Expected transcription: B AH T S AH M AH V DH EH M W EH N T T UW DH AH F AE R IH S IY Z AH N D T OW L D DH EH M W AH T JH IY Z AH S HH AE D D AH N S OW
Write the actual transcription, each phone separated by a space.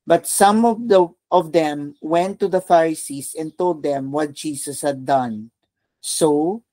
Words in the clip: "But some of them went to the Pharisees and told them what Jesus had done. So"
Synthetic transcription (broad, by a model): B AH T S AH M AH V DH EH M W EH N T T UW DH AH F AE R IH S IY S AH N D T OW L D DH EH M W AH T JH IY S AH S HH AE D D AH N S OW